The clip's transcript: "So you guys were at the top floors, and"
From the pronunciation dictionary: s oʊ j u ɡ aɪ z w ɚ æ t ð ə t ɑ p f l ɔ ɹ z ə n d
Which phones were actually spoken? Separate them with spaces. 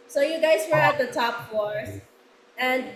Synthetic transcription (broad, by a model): s oʊ j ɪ ɡ aɪ z w ɚ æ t ð ə t ɑ p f ɔ ɹ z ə n